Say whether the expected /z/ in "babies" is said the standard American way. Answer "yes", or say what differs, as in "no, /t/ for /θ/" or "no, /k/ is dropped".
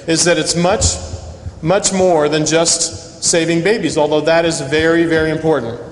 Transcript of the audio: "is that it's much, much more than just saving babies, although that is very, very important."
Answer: yes